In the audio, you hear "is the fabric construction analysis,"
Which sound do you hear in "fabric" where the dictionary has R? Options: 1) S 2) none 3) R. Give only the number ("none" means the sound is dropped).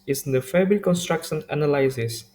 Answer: 2